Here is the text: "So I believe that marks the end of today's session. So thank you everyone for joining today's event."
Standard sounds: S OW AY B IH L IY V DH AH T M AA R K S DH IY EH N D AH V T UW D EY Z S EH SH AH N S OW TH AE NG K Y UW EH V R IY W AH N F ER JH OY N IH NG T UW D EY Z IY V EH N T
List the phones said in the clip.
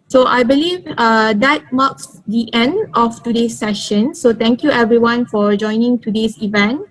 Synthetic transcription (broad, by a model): S OW AY B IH L IY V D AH T M AA K S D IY EH N D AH F T UW D EY S EH SH AH N S OW T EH NG K Y UW EH V R IY W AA N F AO JH OY N IH NG T UW D EY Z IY V EH N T